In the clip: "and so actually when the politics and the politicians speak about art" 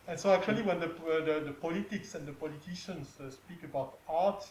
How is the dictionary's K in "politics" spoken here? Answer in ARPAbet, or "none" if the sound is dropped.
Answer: K